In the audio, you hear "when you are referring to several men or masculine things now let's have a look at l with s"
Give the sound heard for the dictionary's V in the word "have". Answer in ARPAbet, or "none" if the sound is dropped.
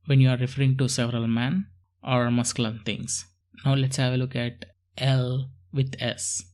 V